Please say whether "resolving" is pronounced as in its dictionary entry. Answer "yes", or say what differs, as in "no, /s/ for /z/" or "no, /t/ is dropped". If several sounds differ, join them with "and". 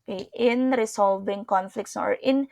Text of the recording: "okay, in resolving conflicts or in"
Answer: no, /s/ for /z/